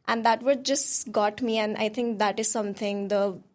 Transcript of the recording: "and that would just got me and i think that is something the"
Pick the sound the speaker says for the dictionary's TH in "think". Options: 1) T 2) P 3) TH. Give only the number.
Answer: 1